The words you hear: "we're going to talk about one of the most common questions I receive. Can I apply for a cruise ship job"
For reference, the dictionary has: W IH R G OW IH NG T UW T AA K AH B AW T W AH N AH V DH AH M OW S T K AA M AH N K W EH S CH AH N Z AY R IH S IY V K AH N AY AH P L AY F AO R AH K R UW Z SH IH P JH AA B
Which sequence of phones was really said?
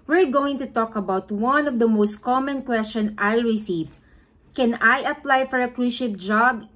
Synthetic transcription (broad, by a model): W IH R G OW IH NG T UW T AA K AH B AW T W AH N AH V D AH M OW S T K AA M AH N K W EH S CH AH N AY R IH S IY V K AH N AY AH P L AY F AO R AH K R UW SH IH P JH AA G